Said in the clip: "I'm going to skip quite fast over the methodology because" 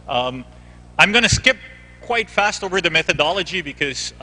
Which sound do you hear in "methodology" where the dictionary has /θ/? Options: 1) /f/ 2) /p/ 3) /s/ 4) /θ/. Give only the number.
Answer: 4